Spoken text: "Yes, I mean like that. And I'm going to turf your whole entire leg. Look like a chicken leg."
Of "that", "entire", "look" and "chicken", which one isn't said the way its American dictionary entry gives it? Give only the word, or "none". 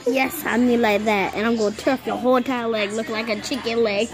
entire